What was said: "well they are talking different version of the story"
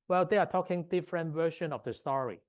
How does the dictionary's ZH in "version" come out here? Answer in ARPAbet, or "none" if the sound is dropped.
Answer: SH